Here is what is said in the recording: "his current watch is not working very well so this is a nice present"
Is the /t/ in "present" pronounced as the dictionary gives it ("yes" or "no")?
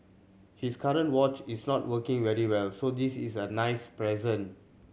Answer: no